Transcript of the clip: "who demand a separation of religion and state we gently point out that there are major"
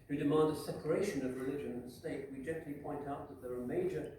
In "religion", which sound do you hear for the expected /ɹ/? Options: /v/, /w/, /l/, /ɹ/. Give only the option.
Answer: /ɹ/